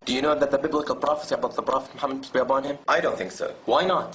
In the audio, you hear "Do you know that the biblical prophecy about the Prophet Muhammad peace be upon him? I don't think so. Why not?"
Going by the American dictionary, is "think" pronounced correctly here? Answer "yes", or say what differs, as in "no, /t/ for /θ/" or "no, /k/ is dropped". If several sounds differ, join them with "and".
yes